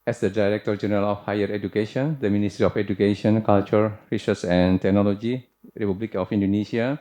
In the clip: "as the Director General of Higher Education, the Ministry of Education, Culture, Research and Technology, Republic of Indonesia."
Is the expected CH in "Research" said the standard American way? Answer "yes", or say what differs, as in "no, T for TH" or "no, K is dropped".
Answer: no, S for CH